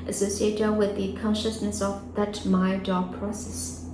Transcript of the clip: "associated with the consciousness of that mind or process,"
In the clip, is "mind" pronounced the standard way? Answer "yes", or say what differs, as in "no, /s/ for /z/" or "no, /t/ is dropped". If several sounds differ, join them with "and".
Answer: no, /n/ is dropped